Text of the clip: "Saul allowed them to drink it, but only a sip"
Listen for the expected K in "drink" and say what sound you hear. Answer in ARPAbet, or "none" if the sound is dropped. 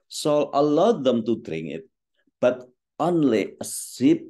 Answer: none